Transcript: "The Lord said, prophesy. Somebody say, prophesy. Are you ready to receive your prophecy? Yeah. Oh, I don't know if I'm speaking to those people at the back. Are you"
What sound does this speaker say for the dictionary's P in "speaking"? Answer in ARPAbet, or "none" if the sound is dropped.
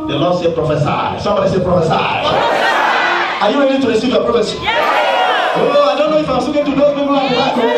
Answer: none